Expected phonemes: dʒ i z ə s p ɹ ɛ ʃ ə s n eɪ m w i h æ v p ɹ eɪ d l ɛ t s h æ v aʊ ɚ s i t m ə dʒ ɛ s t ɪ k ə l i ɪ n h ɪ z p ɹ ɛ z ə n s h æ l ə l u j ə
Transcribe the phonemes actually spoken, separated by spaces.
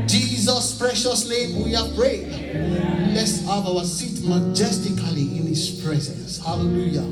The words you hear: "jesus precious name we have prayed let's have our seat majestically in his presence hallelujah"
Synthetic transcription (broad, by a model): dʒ i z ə s p ɹ ɛ ʃ ə s l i w i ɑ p ɹ eɪ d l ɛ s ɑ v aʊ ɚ s i t m ə dʒ ɛ s t ɪ k ə l i ɪ n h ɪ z p ɹ ɛ z ə n s h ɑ l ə l u j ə